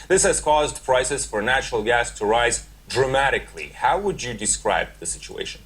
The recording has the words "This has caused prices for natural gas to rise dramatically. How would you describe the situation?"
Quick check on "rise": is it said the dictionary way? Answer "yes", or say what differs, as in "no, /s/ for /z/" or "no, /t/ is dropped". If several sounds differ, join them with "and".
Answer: yes